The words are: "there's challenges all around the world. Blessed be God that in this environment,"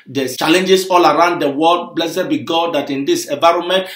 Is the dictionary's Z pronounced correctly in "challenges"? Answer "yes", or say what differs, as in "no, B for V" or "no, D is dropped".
no, S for Z